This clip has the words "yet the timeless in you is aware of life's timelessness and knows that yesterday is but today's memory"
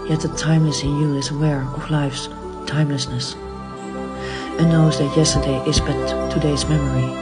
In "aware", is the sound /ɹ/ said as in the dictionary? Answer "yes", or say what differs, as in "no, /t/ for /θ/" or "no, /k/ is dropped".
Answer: yes